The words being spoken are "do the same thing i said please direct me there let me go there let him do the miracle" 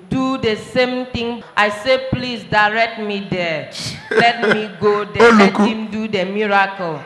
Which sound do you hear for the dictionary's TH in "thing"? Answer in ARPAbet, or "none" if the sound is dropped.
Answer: T